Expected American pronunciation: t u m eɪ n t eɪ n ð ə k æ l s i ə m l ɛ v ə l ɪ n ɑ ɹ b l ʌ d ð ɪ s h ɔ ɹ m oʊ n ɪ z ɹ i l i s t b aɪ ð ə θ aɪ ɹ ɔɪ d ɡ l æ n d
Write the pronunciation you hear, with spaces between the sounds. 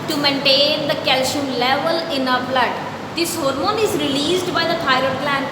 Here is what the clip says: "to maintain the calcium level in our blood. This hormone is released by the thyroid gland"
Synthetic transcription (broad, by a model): t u m eɪ n t eɪ n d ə k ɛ l ʃ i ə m l ɛ v ə l ɪ n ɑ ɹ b l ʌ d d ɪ s h ɔ ɹ m oʊ n ɪ z ɹ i l i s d b aɪ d ə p aɪ ɹ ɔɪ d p l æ n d